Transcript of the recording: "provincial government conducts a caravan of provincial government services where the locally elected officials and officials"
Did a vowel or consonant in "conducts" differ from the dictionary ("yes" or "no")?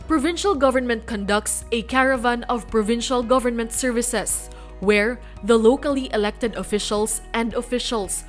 no